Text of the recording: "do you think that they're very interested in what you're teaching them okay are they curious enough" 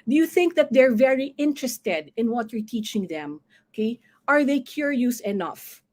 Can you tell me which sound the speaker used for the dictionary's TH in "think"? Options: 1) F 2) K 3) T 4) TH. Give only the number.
4